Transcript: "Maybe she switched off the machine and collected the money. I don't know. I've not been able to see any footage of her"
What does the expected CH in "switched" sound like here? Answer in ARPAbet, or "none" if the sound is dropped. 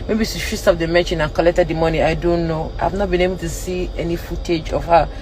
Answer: S